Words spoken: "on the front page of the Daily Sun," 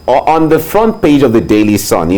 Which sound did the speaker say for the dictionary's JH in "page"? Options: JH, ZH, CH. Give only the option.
JH